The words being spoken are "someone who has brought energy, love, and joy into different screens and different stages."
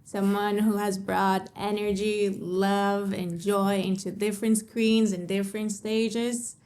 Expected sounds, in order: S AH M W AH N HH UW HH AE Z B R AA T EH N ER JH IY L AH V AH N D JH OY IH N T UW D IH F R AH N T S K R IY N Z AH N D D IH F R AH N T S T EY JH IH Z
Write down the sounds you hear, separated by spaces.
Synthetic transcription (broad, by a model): S AH M W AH N HH UW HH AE Z B R AA T EH N ER JH IY L AH V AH N JH OY IH N T UW D IH F R AH N T S K R IY N Z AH N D D IH F R AH N T S T EY JH IH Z